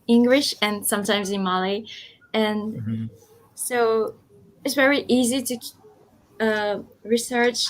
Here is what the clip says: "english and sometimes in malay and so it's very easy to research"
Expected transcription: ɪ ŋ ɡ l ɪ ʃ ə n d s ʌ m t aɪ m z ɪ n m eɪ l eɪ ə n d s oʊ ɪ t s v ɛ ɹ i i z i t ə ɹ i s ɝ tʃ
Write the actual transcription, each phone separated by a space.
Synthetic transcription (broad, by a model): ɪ ŋ ɡ l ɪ ʃ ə n s ʌ m t aɪ m z ɪ n m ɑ l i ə n s oʊ ɪ t s v ɛ ɹ i i z i t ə ɹ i s ɝ tʃ